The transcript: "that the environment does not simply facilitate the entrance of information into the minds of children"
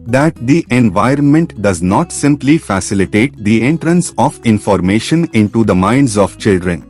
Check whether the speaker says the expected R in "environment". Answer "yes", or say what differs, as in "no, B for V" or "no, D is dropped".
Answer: yes